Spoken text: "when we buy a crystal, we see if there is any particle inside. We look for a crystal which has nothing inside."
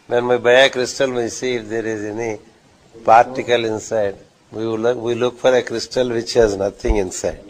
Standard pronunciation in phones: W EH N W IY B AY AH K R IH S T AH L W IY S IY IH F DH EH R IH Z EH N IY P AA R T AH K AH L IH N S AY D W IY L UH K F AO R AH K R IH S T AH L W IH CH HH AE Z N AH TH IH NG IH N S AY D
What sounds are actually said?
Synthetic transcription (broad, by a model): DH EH N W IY B AY AH K R IH S T AH L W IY S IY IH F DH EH R IH Z EH N IY P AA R T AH K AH L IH N S AY D W IY L UH K F AO R AH K R IH S T AH L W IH CH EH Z N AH T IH NG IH N S AY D